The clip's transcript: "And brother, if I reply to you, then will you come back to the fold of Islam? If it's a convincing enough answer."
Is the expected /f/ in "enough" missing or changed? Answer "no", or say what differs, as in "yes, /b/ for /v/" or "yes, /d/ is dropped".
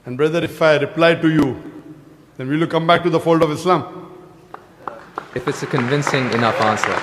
yes, /f/ is dropped